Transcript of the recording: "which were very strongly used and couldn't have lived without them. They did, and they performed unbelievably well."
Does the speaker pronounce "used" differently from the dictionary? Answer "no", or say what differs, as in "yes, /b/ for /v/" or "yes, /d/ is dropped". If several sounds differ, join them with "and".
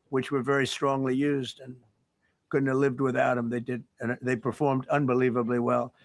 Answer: no